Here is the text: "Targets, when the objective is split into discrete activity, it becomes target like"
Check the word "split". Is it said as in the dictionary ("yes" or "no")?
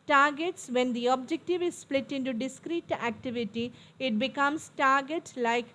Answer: yes